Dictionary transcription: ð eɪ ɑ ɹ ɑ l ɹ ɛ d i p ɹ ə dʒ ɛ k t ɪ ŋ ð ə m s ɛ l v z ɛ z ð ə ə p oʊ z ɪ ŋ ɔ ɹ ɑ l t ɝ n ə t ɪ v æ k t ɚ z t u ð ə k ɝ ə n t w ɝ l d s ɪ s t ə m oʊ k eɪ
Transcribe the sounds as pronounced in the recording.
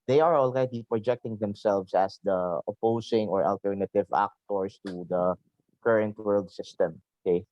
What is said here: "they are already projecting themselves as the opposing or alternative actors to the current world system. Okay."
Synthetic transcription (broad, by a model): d eɪ ɑ ɹ ɑ l ɹ ɛ d i p ɹ ə dʒ ɛ k t ɪ ŋ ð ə m s ɛ l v s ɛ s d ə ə p oʊ s ɪ ŋ ɔ ɹ ɑ l t ɝ n ə t ɪ v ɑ k t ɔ s t u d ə k ɝ ə n t w ɝ l d s ɪ s t ə m oʊ k eɪ